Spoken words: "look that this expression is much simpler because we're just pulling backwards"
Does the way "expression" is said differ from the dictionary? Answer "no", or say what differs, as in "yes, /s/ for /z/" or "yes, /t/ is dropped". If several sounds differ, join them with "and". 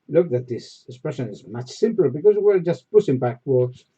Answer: no